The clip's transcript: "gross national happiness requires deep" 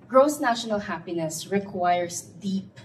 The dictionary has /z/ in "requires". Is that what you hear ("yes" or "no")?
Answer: no